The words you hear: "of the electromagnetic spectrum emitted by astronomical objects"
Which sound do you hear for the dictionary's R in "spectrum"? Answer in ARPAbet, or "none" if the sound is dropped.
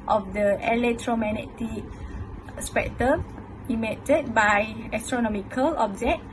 none